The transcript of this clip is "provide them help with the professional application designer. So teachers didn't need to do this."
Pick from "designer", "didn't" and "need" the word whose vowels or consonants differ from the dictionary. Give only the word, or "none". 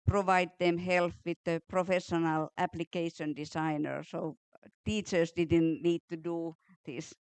designer